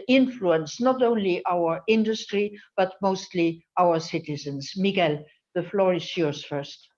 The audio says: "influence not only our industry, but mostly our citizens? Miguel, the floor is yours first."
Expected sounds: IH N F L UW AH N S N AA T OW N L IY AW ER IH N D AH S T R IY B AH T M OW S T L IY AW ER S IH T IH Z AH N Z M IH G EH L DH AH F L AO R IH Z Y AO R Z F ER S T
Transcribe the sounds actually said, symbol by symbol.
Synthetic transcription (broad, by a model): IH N F L UW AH N S N AA T OW N L IY AW ER IH N D AH S T R IY B AH T M OW S T L IY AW ER S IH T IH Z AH N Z M IH G EH L DH AH F L AO R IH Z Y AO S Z F ER S T